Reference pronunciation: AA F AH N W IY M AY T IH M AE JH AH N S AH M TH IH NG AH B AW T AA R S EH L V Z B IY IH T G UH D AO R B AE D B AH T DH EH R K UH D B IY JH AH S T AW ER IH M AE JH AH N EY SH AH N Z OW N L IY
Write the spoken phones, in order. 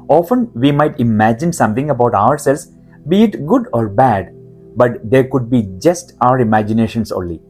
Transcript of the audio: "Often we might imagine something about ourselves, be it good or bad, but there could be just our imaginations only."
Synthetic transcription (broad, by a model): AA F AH N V IY M AY T IH M AE JH AH N S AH M T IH NG AH B AW T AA R S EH L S B IY IH T G UH D AO R B AE D B AH T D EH R K UH D B IY JH AH S T AW ER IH M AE JH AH N EY SH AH N S OW N L IY